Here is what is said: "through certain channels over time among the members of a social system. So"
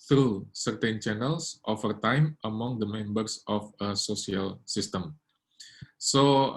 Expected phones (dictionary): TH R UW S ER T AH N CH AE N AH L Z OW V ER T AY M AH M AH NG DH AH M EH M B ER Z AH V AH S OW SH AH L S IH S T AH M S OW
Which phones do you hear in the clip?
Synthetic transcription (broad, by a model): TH R UW S ER T AH N CH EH N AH L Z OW F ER T AY M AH M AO NG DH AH M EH M B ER S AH F AH S OW S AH L S IH S T AH M S OW